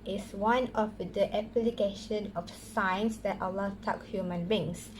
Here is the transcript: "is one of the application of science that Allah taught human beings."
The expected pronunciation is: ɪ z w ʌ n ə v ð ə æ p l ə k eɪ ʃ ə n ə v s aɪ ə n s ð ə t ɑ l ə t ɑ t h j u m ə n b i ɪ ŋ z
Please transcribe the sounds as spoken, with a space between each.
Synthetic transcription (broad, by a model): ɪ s w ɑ n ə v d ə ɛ p l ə k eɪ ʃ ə n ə f s aɪ n s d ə t ɑ l ə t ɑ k h j u m ə n b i ŋ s